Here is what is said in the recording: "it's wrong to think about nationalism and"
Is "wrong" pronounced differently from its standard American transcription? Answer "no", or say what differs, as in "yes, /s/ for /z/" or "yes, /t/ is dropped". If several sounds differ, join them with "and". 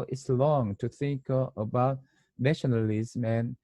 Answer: yes, /l/ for /ɹ/